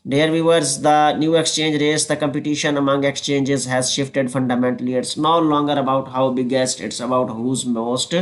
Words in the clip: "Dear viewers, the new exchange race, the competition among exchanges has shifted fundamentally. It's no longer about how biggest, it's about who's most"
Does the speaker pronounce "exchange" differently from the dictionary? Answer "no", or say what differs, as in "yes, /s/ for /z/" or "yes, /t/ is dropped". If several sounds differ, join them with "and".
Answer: no